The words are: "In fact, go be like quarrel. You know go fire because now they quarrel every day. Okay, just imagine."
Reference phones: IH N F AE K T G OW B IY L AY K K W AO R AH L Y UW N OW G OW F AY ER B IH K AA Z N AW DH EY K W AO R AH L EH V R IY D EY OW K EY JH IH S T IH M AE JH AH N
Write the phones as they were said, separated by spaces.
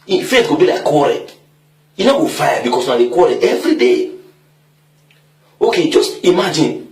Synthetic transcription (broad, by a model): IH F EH T G OW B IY L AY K K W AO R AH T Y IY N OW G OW F AY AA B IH K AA S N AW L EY K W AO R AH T EH V R IY D EY OW K EY JH IH S T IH M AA JH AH N